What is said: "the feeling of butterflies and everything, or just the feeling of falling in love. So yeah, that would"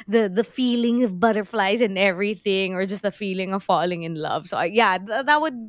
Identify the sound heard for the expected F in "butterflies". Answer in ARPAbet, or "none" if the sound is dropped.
F